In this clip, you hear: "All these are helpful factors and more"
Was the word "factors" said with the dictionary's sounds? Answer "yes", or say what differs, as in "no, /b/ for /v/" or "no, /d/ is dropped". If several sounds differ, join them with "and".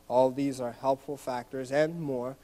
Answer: yes